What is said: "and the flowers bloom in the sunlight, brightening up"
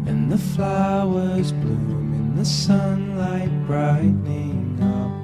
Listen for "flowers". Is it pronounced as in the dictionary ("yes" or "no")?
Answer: yes